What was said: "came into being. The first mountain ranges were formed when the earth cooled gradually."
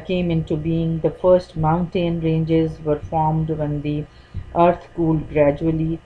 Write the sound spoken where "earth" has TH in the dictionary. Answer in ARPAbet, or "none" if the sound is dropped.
S